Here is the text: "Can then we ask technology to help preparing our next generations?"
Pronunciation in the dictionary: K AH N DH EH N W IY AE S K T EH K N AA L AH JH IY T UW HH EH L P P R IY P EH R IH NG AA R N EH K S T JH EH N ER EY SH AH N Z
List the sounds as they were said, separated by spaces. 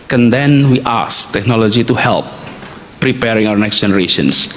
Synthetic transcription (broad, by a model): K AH N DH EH N W IY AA S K T EH K N AA L AH JH IY T UW HH EH L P P R IY P EH R IH NG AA W N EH K S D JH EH N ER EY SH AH N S